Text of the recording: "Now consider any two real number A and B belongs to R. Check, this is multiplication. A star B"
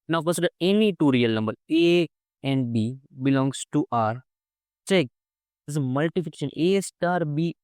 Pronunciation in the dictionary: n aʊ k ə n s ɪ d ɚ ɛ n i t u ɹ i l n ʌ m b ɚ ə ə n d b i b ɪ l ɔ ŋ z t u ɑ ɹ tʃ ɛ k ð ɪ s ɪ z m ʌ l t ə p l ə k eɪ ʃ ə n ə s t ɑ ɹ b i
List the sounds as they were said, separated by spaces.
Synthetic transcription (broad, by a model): n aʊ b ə s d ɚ ɛ n i t u ɹ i l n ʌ m b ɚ ə ə n d b i b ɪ l ɔ ŋ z t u ɑ ɹ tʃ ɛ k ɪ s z m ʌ l t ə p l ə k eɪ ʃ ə n ə s t ɑ ɹ b i